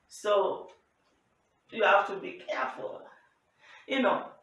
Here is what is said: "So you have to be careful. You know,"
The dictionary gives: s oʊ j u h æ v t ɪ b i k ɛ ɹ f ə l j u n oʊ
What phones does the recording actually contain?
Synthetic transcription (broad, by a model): s oʊ j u h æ f t ɪ b i k ɛ ɹ f ə l j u n oʊ